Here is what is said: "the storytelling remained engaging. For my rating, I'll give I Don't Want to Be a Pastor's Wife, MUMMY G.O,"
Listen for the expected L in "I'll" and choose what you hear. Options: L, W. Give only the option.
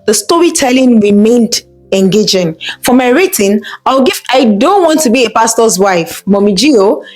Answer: W